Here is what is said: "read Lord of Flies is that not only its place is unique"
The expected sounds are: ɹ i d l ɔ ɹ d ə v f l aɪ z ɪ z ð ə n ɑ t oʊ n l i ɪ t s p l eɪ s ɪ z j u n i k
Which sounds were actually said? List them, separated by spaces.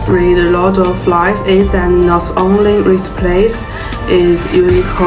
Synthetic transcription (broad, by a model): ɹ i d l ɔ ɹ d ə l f l aɪ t ɪ z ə n ɑ t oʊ n l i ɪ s p l eɪ s ɪ z j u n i k